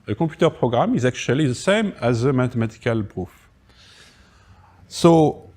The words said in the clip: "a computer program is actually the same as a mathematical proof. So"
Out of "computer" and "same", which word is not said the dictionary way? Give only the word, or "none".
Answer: computer